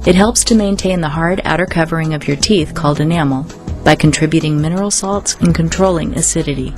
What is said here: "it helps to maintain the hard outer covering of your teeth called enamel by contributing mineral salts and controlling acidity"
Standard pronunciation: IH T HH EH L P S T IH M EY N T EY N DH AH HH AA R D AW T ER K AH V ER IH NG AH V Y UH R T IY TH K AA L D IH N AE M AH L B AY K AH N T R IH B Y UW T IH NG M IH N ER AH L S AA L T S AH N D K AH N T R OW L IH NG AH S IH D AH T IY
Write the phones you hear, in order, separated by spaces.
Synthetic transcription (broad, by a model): IH T HH EH L P S T IH M EY N T EY N DH AH HH AA R D AW T ER K AH V ER IH NG AH V Y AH R T IY TH K AA L D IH N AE M L B AY K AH N T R IH B Y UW T IH NG M IH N ER L S AA L T S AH N K AH N T R OW L IH NG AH S IH D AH T IY